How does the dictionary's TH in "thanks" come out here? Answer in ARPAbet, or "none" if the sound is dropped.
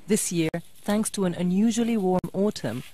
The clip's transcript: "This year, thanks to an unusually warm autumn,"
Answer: TH